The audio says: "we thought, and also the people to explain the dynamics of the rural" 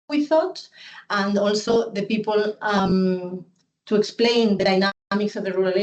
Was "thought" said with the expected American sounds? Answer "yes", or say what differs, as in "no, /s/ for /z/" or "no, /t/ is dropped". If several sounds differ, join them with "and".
yes